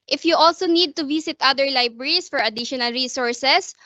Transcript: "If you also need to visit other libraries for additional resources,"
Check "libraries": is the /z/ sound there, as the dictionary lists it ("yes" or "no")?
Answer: no